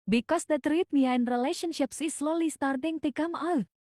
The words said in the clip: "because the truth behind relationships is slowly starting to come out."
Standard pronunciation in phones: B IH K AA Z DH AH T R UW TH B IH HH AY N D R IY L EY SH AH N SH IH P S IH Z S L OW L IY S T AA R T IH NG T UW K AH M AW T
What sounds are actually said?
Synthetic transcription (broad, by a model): B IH K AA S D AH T R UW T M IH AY N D R IY L EY SH AH N SH IH P S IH S L OW L IY S T AA R T IH NG T UW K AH M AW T